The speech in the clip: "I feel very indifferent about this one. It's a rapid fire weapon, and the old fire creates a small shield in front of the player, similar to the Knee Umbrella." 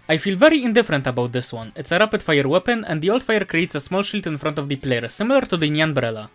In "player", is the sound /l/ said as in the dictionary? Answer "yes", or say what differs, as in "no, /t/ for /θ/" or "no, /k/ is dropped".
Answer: yes